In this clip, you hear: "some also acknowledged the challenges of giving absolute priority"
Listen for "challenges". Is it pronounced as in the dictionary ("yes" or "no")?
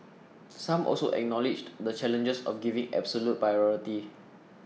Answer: no